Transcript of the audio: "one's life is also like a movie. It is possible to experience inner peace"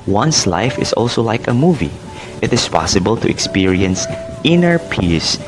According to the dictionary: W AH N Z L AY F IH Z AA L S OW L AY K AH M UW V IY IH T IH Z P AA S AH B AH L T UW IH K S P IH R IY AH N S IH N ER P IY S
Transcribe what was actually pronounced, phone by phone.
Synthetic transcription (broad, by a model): W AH N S L AY F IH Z AA L S OW L AY K AH M UW V IY IH T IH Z P AA S AH B AH L T UW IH K S P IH R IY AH N S IH N ER P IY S